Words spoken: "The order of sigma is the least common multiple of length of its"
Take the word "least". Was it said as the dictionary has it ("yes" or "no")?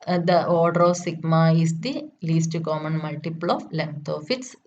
yes